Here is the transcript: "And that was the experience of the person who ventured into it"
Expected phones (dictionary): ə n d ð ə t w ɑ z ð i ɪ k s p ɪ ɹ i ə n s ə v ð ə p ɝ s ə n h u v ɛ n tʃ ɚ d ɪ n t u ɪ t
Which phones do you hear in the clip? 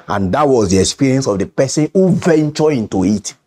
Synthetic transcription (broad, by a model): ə n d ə t w ɑ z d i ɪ k s p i ɹ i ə n s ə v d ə p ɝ s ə n h u v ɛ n tʃ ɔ ɪ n t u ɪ t